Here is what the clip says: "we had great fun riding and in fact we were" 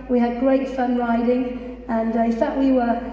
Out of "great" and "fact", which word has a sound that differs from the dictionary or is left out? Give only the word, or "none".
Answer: fact